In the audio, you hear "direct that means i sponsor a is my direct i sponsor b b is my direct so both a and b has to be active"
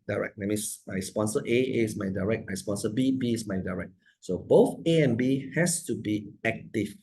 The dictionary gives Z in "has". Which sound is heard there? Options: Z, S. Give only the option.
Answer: S